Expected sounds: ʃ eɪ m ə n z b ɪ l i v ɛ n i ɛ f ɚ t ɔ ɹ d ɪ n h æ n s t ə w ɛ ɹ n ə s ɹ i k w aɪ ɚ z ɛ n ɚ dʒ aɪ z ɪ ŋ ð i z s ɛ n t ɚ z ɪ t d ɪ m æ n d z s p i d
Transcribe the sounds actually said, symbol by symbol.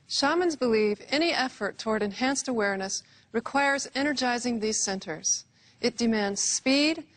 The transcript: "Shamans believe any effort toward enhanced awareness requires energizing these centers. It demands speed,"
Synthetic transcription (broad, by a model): ʃ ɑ m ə n z b ɪ l i v ɛ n i ɛ f ɚ t ɔ ɹ d ɪ n h æ n s t ə w ɛ ɹ n ə s ɹ i k w aɪ ɚ z ɛ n ɚ dʒ aɪ z ɪ ŋ ð i z s ɛ n t ɚ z ɪ t d ɪ m æ n d z s p i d